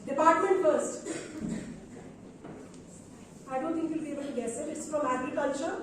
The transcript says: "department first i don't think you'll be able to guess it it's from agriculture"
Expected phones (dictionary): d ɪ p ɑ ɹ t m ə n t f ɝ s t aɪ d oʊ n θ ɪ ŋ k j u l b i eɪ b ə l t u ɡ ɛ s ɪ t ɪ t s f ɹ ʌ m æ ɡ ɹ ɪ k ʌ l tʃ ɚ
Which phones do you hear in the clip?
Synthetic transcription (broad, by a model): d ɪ p ɑ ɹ t m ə n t f ɝ s t aɪ d oʊ n t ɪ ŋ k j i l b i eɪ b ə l t u ɡ ɛ s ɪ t ɪ t s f ɹ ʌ m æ ɡ ɹ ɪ k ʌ l tʃ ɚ